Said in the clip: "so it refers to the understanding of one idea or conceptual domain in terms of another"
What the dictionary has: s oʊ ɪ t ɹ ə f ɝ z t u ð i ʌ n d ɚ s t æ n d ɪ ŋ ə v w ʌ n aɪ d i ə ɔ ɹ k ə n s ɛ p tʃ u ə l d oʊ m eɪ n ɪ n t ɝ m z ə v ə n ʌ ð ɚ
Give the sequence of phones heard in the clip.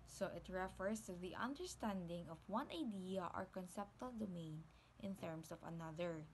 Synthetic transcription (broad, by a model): s oʊ ɪ t ɹ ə f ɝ s t u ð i ʌ n d ɚ s t æ n d ɪ ŋ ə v w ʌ n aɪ d i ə ɔ ɹ k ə n s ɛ p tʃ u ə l d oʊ m eɪ n ɪ n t ɝ m s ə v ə n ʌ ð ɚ